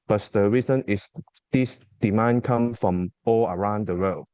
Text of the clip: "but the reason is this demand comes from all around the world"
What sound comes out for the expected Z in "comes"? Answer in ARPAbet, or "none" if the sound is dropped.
none